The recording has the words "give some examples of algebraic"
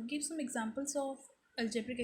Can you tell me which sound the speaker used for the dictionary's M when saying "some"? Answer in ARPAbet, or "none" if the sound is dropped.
M